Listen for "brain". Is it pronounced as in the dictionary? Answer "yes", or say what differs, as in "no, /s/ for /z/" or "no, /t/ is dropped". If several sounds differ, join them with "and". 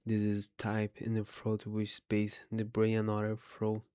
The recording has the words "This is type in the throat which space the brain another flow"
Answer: no, /n/ is dropped